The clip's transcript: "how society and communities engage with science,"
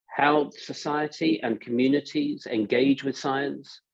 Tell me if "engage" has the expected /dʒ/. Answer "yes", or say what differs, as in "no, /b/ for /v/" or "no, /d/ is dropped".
yes